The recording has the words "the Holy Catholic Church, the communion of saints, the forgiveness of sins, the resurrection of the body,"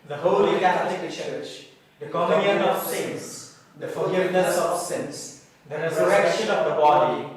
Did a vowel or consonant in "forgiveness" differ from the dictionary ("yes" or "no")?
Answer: yes